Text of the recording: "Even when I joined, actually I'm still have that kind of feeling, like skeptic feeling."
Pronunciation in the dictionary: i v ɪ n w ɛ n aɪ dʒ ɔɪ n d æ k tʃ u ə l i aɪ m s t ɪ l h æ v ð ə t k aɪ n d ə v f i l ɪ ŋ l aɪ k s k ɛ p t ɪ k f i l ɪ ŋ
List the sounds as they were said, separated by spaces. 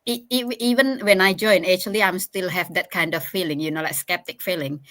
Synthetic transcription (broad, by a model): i v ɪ n w ɛ n aɪ dʒ ɔɪ n ɛ tʃ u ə l i aɪ m s t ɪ l h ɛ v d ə t k aɪ n d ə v f i l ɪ ŋ l aɪ k s k ɛ p t ɪ k f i l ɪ ŋ